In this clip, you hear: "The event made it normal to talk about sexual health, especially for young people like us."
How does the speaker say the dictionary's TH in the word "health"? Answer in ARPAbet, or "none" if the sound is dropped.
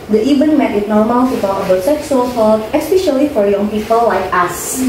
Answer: T